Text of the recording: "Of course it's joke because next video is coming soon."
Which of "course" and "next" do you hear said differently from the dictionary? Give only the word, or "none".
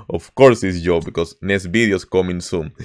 next